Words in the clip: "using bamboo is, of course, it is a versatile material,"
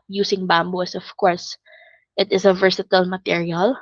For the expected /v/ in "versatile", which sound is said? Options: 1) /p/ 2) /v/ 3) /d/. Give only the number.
2